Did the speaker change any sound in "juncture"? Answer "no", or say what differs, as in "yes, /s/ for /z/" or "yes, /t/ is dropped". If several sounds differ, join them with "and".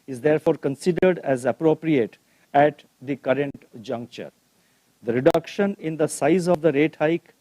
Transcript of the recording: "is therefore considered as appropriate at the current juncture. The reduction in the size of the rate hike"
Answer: no